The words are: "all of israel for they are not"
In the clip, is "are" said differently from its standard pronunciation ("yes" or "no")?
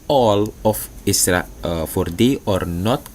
no